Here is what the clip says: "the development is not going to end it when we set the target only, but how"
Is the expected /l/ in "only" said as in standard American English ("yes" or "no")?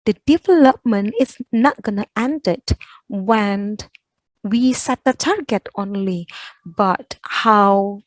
yes